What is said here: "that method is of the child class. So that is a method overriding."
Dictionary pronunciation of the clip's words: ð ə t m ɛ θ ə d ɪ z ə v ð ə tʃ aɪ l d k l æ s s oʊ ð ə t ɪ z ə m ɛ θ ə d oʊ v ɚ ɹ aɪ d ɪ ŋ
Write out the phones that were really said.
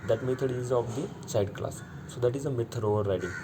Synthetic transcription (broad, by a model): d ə t m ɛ t ə d ɪ z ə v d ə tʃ aɪ d k l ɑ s s oʊ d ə t ɪ z ə m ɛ t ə d oʊ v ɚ ɹ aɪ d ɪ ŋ